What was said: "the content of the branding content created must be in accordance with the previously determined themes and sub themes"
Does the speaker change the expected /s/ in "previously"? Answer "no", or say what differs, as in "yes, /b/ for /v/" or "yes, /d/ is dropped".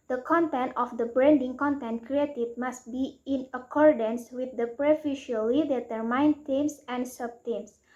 yes, /s/ is dropped